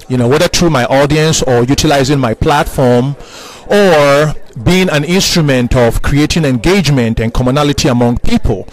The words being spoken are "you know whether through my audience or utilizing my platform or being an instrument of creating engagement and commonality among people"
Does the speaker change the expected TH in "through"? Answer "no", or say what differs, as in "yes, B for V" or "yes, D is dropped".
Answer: yes, T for TH